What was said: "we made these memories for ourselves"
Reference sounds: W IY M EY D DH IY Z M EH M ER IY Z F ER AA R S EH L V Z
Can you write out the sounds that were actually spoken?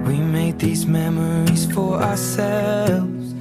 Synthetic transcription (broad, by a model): W IY M EY D DH IY Z M EH M ER IY Z F ER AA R S EH L V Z